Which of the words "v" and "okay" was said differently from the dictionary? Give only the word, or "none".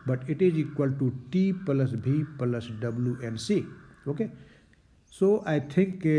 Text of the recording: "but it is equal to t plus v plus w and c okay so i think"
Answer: v